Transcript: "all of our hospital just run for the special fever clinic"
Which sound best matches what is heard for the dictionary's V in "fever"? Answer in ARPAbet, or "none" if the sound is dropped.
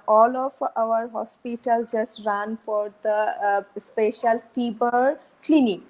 B